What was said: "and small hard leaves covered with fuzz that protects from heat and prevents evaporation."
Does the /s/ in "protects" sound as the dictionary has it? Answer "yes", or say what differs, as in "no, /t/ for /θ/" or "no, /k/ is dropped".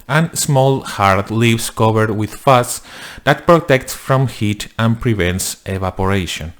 yes